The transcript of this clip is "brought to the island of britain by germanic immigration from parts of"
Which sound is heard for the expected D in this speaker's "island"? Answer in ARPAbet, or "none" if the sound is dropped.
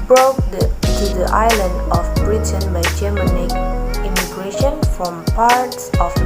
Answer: D